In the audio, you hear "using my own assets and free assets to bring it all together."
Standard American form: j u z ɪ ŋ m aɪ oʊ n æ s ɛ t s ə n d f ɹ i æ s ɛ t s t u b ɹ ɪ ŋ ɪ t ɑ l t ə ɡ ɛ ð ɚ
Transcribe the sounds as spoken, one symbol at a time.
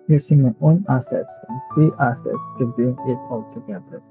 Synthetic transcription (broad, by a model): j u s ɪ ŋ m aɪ oʊ n æ s ɛ t s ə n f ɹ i æ s ɛ t s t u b ɪ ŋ ɪ t ɑ l t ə ɡ ɛ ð ɚ